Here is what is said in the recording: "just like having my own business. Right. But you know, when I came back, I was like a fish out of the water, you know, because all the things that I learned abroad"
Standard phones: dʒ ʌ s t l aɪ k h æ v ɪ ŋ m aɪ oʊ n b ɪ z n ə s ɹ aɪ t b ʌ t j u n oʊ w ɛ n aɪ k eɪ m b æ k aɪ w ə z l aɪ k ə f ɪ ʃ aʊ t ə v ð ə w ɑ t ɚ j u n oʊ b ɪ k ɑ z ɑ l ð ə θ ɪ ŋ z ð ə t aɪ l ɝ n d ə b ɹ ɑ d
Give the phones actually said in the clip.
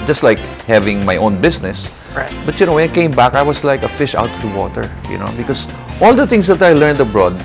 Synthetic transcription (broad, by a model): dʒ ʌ s t l aɪ k h æ v ɪ ŋ m aɪ oʊ n b ɪ s n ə s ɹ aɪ b ʌ t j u n oʊ w ɛ n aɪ k eɪ m b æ k aɪ w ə s l aɪ k ə f ɪ ʃ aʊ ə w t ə w ɑ t ɚ j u n oʊ b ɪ k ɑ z ɑ l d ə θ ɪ ŋ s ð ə t aɪ l ɝ n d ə b ɹ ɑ d